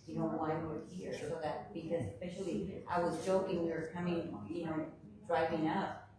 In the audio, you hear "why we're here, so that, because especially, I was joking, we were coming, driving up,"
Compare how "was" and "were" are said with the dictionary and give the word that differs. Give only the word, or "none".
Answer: none